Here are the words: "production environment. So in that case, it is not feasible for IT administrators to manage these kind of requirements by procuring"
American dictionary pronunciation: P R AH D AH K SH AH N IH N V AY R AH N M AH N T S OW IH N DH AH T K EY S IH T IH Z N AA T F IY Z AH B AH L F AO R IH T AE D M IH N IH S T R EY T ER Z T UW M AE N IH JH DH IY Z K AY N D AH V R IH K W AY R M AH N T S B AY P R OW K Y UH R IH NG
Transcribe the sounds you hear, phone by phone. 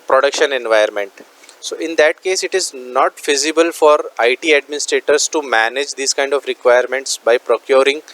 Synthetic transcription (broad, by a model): P R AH D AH K SH AH N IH N V AY AH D M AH N T S OW IH N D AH T K EY S IH T IH Z N AA T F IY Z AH B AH L F AO R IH T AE D M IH N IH S T R EY T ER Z T UW M AE N IH JH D IY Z K AY N D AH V R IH K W AY R M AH N T S B AY P R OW K Y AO R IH NG